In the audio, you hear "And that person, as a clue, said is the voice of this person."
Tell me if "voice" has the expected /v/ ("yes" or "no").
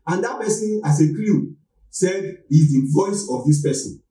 yes